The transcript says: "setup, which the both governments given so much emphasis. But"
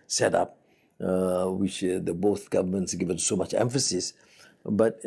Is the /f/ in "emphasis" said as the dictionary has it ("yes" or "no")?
yes